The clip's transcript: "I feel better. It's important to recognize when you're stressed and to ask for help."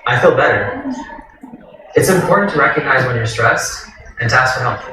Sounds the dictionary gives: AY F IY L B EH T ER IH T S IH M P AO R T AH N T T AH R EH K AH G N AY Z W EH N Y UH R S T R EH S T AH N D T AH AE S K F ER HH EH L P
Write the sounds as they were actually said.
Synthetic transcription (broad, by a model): AY F IY L B EH T ER IH T S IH M P AO R T N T T AH R EH K AH G N AY Z W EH N Y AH R S T R EH S T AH N T AH AE S K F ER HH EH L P